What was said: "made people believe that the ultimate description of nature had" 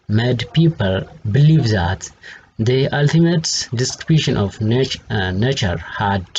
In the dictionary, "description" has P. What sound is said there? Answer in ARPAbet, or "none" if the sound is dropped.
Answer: none